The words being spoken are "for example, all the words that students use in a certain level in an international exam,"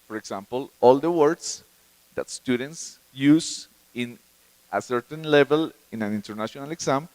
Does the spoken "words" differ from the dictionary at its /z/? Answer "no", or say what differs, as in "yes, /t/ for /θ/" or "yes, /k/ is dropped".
yes, /s/ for /z/